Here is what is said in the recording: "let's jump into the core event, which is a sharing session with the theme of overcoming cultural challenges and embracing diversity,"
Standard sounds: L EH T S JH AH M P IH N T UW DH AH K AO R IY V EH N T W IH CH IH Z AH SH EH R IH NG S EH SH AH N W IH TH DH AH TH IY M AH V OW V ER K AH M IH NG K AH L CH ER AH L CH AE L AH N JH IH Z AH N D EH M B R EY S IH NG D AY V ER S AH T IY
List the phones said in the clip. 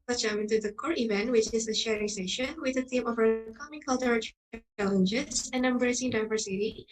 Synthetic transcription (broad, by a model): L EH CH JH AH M IH N T UW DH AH K AO R IY V EH N T W IH CH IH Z AH SH EH R IH NG S EH SH AH N W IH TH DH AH T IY M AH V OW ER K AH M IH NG K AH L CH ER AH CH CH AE L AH N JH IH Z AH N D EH M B R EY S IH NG D AY V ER S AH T IY